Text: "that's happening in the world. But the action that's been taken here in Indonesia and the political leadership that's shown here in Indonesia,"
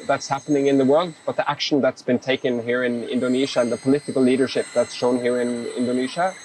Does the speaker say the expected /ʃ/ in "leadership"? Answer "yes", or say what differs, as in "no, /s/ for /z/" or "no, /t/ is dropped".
yes